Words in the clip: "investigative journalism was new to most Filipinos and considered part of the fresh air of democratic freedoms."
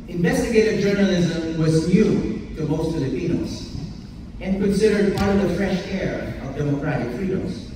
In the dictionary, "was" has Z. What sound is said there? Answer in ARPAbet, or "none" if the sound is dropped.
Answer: Z